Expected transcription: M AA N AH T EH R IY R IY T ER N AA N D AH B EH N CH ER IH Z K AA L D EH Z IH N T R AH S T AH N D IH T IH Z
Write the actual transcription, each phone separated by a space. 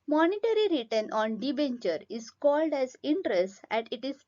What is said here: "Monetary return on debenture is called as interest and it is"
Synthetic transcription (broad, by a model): M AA N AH T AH R IY R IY T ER N AA N D AH B EH N CH ER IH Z K AA L D EH Z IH N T R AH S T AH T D IH T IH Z